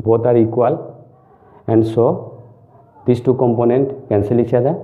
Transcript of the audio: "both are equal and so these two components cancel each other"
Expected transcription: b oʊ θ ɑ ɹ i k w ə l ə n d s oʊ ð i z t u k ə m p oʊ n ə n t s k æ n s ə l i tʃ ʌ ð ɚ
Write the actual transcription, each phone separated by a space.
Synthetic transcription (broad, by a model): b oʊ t ɑ ɹ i k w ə l ə n d s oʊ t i s t u k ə m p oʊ n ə n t k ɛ n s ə l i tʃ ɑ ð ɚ